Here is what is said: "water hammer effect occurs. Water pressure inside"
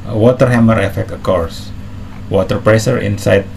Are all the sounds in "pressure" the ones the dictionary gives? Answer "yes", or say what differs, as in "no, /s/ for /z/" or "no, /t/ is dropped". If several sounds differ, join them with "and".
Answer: no, /s/ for /ʃ/